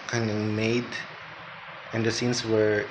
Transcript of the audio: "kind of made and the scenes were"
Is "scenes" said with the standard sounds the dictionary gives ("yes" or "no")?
no